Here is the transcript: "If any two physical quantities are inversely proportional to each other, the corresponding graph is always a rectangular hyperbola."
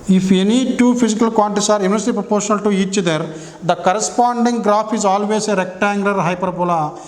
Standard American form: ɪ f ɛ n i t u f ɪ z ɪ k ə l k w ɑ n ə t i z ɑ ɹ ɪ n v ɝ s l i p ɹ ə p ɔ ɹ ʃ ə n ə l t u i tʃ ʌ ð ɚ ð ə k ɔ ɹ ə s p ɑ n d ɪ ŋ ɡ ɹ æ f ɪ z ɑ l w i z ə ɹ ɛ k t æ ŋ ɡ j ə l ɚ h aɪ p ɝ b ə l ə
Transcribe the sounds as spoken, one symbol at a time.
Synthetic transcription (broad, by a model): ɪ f ɛ n i t u p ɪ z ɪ k ə l k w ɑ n t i s ɑ ɹ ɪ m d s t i p ɹ ə p ɔ ɹ ʃ ə n ə l t u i tʃ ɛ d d ə k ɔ ɹ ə s p ɑ n d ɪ ŋ ɡ ɹ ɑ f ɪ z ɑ l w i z ə ɹ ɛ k t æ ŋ ɡ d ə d h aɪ p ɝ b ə l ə